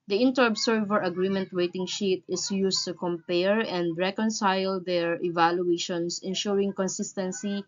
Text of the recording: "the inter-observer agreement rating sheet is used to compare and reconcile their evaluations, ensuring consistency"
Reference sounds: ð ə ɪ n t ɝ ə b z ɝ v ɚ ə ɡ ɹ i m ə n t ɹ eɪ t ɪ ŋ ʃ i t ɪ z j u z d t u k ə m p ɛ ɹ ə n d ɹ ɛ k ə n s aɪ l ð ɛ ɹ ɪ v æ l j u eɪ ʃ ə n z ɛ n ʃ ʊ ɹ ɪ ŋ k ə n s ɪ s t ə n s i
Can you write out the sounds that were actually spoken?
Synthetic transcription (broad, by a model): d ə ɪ n t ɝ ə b s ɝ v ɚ ə ɡ ɹ i m ə n t w eɪ t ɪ ŋ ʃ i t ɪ s j u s t u k ə m p ɛ ɹ ə n d ɹ ɛ k ə n s aɪ l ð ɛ ɹ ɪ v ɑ l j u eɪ ʃ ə n s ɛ n ʃ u ɹ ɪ ŋ k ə n s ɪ s t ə n s i